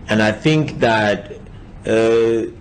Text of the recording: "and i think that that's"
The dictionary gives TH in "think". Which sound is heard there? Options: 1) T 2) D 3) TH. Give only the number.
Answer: 3